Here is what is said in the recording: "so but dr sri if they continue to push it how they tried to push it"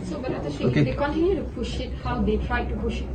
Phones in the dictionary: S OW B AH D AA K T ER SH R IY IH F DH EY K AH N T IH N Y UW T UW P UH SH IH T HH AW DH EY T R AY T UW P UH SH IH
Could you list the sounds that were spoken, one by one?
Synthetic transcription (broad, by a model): S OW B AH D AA T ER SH IY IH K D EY K AH N T IH N Y UW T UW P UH SH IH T HH AW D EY T R AY T UW P UH SH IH